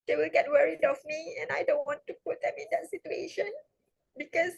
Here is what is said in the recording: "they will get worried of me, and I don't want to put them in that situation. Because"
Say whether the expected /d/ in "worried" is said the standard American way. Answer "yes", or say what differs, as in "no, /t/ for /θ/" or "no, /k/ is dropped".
yes